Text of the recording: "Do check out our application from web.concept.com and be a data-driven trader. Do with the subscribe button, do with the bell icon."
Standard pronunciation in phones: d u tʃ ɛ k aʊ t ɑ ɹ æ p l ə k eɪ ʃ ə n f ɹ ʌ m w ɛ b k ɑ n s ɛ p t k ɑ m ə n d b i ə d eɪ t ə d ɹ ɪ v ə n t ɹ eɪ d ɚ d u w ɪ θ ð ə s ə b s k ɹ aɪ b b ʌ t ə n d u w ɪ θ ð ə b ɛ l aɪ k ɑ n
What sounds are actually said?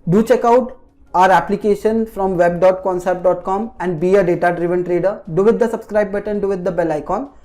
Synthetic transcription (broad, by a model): d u tʃ ɛ k aʊ t ɑ ɹ æ p l ə k eɪ ʃ ə n f ɹ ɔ m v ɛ b k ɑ n s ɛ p t k ɑ m ə n d b i ə d eɪ t ə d ɹ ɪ v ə n t ɹ eɪ d ɚ d u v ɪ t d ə s ə b s k ɹ aɪ b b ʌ t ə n d u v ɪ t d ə b ɛ l aɪ k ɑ n